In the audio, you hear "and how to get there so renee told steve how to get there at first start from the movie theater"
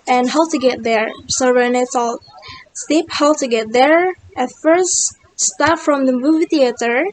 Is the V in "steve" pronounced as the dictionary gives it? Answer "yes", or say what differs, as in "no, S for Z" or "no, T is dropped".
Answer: no, P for V